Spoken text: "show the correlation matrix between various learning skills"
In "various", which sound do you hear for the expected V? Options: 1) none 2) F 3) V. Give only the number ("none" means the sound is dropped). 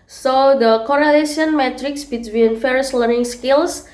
2